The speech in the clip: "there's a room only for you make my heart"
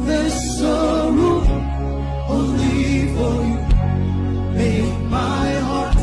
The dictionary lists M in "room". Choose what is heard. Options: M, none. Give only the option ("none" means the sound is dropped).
none